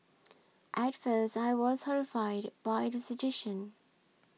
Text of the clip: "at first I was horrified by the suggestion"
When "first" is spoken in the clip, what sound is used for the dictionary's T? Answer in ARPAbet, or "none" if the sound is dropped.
T